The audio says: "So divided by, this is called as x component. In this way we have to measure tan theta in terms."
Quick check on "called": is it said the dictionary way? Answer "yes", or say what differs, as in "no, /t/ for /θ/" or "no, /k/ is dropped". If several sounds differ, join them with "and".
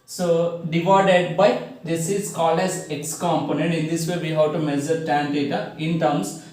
no, /d/ is dropped